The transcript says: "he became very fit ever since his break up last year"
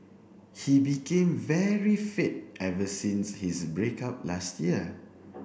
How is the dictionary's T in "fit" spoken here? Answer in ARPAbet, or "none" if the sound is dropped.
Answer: T